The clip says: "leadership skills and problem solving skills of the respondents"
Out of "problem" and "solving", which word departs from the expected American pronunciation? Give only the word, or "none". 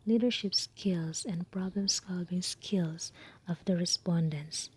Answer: solving